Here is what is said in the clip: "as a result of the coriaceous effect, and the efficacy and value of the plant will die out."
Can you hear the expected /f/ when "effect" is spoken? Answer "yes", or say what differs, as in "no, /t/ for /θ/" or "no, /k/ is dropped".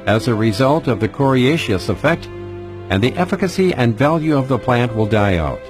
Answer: yes